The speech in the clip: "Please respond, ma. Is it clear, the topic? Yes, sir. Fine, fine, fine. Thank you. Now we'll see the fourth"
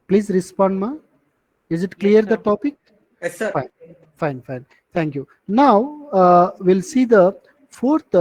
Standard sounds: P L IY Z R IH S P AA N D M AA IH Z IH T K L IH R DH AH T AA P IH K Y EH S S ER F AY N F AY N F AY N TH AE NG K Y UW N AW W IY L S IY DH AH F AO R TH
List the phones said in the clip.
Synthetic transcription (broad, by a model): P L IY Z R IH S P AA N D M AA IH Z IH T K L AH R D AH T AA P IH K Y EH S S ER F AY N F AY N F AY N T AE NG K Y UW N AW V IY L S IY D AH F AO R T